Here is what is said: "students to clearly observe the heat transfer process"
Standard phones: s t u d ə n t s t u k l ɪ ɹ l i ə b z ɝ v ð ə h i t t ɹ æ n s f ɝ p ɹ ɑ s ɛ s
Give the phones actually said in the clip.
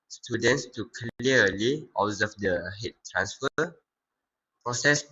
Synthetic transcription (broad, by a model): s t u d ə n t s t u k l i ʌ l i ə z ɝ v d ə h i t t ɹ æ n s f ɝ p ɹ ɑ s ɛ s